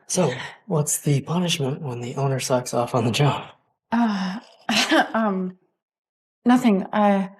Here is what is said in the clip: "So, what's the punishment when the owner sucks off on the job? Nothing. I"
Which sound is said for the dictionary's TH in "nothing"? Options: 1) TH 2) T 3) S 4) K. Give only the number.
1